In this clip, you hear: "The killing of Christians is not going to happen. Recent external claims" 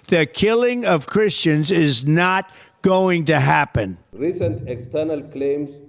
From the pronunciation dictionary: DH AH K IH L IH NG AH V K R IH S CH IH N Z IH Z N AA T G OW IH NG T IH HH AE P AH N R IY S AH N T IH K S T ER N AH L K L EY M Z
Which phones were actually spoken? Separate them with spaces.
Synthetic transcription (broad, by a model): DH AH K IH L IH NG AH V K R IH S CH IH N Z IH Z N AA T G OW IH NG T IH HH AE P AH N R IY S AH N T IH K S T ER N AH L K L EY M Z